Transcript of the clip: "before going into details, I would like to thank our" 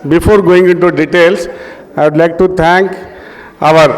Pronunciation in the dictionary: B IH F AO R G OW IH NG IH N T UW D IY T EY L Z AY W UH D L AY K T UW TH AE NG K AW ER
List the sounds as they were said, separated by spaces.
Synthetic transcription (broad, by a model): B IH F AO R G OW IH NG IH N T UW D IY T EY L S AY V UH D L AY K T UW T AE NG K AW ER